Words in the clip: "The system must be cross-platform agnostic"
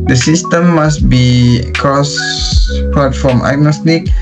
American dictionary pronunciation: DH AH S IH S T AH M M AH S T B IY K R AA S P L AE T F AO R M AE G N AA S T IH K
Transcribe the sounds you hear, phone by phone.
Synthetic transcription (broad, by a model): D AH S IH S T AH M M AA S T B IY K AA S P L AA T F AO M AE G N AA S T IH K